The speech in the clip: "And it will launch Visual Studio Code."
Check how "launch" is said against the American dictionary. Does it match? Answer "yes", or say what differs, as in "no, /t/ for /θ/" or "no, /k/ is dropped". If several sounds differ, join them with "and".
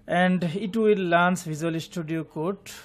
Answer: no, /s/ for /tʃ/